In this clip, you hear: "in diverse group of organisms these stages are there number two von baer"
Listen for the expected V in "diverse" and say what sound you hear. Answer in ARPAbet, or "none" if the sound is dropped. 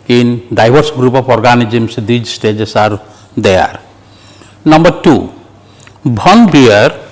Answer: B